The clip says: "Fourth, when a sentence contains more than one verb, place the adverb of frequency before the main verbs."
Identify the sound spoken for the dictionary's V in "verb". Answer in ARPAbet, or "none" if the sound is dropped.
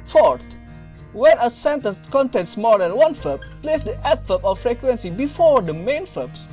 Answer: F